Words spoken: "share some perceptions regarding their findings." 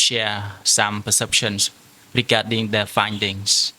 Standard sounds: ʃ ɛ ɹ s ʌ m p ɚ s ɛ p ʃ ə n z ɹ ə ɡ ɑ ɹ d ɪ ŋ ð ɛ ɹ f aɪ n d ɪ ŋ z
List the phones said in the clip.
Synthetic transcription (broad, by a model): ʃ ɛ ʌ s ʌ m p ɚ s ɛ p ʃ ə n s ɹ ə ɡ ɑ d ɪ ŋ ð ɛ f aɪ n d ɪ ŋ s